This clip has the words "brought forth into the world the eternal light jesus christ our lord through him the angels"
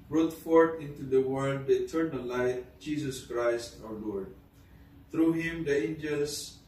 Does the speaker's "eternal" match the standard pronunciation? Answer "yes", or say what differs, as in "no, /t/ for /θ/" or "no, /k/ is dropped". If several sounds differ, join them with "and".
no, /n/ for /l/